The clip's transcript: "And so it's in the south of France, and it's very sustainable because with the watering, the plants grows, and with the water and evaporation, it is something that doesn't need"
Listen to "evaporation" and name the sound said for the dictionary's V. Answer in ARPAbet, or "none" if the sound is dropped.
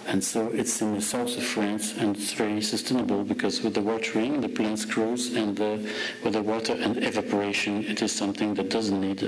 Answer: V